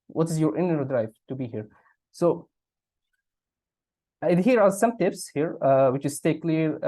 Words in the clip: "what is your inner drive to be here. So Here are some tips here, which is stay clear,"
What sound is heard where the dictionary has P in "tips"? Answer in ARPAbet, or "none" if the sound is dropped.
P